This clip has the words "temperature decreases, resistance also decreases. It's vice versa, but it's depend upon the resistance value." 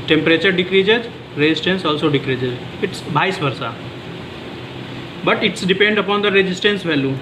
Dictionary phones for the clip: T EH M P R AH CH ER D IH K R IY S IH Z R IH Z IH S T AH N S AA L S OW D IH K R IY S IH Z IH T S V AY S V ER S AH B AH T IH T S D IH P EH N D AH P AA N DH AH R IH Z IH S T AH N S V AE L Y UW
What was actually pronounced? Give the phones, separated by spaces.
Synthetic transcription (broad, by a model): T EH M P R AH CH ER D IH K R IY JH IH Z R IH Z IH S T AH N S AA L S OW D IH K R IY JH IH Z IH T S B AY S B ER S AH B AH T IH T S D IH P EH N D AH P AA N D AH R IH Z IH S T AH N S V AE L Y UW